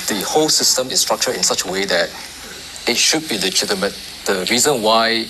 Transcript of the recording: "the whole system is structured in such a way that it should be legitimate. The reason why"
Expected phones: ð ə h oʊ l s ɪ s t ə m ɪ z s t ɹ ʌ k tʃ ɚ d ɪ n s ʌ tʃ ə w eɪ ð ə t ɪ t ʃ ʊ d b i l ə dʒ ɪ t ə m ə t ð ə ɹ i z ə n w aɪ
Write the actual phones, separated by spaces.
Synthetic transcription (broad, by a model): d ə h oʊ l s ɪ s t ə m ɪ s t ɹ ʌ k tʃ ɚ ɪ n s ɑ tʃ ə w eɪ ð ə t ɪ t ʃ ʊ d b i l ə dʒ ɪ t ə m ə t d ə ɹ i z ə n w aɪ